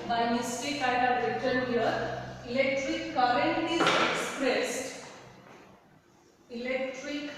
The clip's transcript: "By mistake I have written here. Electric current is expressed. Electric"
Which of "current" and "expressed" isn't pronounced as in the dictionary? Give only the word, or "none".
none